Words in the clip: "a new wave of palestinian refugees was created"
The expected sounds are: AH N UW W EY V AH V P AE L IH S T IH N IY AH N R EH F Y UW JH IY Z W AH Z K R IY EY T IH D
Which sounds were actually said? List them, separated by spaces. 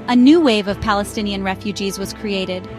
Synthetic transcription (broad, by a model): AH N UW W EY V AH V P AE L IH S T IH N IY AH N R EH F Y UW JH IY Z W AH Z K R IY EY T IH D